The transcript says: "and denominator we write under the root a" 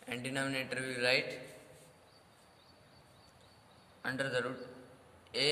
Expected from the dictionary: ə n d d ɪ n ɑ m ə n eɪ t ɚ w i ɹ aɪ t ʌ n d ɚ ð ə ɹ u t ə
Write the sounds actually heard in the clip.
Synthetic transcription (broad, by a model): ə n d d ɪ n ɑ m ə n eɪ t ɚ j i l aɪ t ʌ n d ɚ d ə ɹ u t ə